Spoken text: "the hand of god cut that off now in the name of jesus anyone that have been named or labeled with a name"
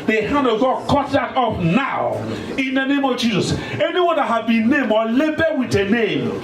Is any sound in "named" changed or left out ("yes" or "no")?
yes